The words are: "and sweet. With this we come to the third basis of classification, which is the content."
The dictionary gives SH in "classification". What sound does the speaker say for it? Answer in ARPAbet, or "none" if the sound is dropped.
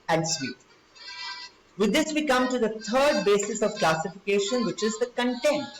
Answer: SH